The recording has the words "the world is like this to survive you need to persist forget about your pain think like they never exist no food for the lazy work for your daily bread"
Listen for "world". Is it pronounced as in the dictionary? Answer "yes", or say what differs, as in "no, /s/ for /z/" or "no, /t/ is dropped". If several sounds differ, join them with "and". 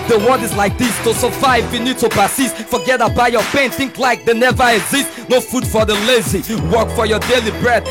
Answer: no, /l/ is dropped